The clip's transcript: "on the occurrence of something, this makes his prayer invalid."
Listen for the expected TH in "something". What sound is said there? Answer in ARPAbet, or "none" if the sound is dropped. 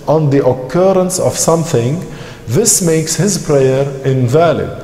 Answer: TH